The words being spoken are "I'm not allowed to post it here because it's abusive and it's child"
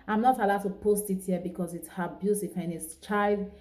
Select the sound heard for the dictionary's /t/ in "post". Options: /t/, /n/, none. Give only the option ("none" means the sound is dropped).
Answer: /t/